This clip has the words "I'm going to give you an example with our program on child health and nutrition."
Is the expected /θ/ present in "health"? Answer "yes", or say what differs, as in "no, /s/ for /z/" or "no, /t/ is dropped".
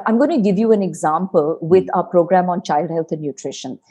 no, /t/ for /θ/